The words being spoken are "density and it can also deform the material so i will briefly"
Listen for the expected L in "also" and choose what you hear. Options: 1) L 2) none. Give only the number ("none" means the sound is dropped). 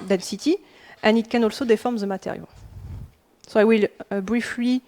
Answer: 1